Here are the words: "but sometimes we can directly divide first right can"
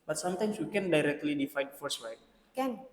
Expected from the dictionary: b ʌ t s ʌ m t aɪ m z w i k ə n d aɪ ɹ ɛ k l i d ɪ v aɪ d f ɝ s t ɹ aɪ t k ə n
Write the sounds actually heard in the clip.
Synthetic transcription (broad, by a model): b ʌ t s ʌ m t aɪ m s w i k ə n d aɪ ɹ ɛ k l i d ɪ f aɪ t f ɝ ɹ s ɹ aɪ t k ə n